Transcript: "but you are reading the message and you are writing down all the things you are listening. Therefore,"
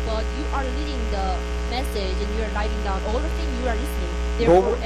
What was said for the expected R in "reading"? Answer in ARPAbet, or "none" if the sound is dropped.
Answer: L